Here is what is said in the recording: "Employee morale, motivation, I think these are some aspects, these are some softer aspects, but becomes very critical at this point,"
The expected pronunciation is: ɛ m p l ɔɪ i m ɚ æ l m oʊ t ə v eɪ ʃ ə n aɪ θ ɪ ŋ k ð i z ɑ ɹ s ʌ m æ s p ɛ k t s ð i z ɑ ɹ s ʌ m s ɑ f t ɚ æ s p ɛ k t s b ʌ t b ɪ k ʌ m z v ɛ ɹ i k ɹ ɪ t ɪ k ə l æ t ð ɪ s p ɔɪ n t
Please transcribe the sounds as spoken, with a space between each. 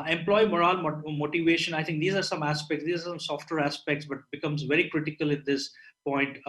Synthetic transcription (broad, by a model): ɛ m p l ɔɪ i m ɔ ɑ l m oʊ t ə v eɪ ʃ ə n aɪ t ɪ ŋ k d i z ɑ ɹ s ʌ m æ s p ɛ k t s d i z ɑ ɹ s ʌ m s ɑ f t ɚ æ s p ɛ k t s b ʌ t b ɪ k ʌ m z v ɛ ɹ i k ɹ ɪ t ɪ k ə l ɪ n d ɪ s p ɔɪ n t